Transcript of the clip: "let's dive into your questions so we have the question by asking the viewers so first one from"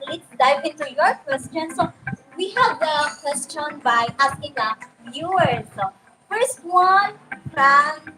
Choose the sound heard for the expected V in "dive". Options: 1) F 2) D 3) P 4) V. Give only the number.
3